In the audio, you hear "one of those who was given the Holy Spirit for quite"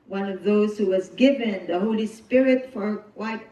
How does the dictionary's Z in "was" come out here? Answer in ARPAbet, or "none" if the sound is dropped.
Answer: Z